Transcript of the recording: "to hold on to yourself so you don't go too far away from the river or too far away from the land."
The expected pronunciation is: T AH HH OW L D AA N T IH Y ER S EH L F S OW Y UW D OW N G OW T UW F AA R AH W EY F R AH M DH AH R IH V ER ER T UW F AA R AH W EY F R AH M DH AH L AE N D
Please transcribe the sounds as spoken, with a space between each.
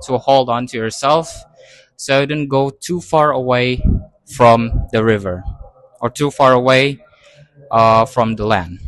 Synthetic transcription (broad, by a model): T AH HH OW L D AA N T IH Y ER S EH L F S OW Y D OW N G OW T UW F AA R AH W EY F R AH M DH AH R IH V ER ER T UW F AA R AH W EY F R AH M DH AH L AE N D